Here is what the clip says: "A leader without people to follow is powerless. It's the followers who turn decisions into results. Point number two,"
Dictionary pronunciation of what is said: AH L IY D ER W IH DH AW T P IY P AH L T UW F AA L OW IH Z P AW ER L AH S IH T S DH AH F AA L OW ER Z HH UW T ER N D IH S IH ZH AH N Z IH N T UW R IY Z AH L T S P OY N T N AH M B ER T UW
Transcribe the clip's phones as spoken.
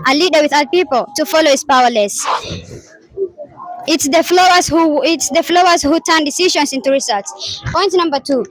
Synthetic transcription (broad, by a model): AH L IY D ER W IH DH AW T P IY P AH L T UW F AA L OW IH S P AW ER L AH S IH T S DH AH F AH L OW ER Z HH UW T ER N D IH S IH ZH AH N S IH N T UW R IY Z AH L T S P OY N T N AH M B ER T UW